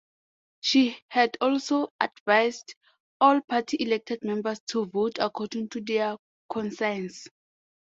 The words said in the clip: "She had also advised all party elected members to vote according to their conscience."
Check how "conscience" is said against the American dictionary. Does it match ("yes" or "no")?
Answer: no